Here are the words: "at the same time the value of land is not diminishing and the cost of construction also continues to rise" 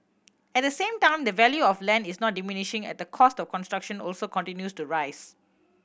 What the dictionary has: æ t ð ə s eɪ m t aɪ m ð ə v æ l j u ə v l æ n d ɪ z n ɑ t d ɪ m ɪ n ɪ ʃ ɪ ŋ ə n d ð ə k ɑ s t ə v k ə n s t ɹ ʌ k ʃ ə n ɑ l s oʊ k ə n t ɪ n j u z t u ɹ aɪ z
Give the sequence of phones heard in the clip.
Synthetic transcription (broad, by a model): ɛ t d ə s eɪ m t aɪ m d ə v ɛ l j u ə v l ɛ n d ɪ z n ɑ t d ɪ m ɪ n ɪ ʃ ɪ ŋ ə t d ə k ɑ s t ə f k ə n s t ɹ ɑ k ʃ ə n ɑ l s oʊ k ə n t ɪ n j u s t u ɹ aɪ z